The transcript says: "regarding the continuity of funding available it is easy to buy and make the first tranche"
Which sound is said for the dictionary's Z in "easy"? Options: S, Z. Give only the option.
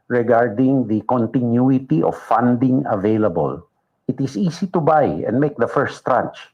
S